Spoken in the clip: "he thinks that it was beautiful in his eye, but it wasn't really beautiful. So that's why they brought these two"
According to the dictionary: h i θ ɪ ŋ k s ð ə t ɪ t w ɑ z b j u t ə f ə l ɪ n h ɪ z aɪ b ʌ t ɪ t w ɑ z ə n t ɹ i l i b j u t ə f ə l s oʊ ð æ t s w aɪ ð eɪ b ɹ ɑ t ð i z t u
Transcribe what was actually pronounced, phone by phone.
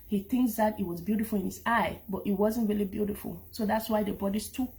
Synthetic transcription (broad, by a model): h i θ ɪ ŋ k s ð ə t ɪ t w ɑ z b j u t ə f ə l ɪ n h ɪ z aɪ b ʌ t ɪ t w ɑ z ə n t ɹ i l i b j u t ə f ə l s oʊ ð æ t s w aɪ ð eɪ b ɑ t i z t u